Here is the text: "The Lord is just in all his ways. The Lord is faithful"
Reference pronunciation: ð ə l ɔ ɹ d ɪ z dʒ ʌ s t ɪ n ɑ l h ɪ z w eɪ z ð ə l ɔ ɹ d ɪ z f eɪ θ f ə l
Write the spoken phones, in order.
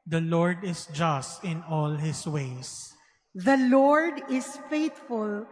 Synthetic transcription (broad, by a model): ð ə l ɔ ɹ d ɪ s dʒ ʌ s t ɪ n ɑ l h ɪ s w eɪ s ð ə l ɔ ɹ d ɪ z f eɪ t f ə l